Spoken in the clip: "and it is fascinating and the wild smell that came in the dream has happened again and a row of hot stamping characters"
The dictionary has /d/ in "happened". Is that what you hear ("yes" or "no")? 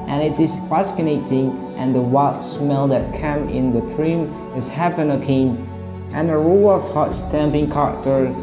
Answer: no